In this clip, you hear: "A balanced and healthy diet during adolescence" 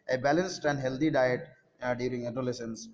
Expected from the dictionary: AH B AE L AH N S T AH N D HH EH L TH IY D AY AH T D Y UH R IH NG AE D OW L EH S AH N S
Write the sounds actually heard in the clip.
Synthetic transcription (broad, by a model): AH B AE L AH N S T AH N D HH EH L T IY D AY AH T D Y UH R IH NG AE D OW L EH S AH N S